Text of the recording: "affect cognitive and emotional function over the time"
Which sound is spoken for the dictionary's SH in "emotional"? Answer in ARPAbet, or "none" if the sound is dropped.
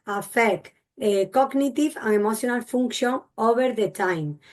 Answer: S